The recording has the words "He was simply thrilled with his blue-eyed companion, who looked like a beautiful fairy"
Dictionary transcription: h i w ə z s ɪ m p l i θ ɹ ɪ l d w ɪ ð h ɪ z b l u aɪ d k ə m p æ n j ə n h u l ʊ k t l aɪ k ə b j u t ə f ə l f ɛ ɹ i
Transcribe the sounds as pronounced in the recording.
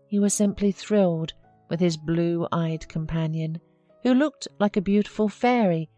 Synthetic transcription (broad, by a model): h i w ə z s ɪ m p l i θ ɹ ɪ l d w ɪ ð ɪ z b l u aɪ d k ə m p æ n j ə n h u l ʊ k t l aɪ k ə b j u t ə f ə l f ɛ ɹ i